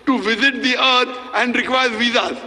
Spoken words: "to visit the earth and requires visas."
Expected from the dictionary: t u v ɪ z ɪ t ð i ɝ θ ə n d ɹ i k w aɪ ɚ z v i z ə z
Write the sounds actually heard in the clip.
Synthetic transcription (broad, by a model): t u v ɪ z ɪ t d i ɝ t ə n d ɹ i k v aɪ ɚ v i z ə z